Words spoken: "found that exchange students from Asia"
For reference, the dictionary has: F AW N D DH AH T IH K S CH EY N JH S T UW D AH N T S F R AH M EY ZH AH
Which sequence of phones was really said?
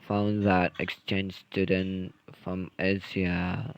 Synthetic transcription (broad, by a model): F AW N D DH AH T IH K S CH EY N JH S T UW D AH N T F R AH M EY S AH